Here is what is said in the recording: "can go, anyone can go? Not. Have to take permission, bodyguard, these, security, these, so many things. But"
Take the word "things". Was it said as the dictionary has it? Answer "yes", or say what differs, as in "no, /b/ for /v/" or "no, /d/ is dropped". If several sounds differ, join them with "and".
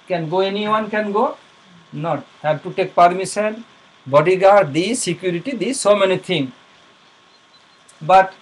no, /t/ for /θ/ and /z/ is dropped